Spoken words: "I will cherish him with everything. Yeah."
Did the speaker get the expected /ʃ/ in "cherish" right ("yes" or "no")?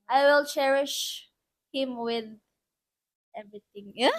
yes